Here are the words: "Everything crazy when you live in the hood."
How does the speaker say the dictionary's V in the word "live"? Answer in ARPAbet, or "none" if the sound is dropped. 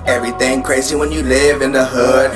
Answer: V